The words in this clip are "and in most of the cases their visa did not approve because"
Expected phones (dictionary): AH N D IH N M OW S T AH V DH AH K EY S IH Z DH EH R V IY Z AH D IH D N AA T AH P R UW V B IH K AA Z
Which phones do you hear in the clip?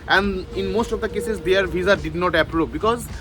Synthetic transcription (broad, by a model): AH N D IH N M OW S T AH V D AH K EY S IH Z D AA R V IY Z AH D IH D N AA T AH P R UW P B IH K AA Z